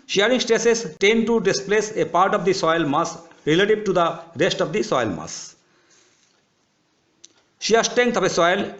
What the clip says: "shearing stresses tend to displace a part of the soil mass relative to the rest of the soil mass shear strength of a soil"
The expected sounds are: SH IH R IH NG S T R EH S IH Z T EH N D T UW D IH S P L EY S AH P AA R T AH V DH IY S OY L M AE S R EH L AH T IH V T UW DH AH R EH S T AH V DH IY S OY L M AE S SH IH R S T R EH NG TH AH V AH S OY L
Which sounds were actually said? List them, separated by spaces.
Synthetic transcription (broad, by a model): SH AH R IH NG S T EH S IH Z T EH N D T UW D IH S P L EY S AH P AA R T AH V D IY S OY L M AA S R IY L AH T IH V T UW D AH R EH S T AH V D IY S OY L M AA S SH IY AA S T EH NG T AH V AH S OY L